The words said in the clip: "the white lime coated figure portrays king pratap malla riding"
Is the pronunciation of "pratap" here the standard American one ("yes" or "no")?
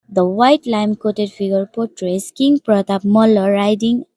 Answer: yes